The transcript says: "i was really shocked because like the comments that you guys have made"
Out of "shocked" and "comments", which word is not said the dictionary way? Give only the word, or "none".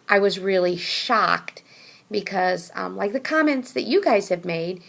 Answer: none